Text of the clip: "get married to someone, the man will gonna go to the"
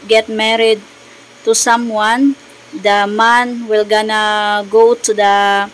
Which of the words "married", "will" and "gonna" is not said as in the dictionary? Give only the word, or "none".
none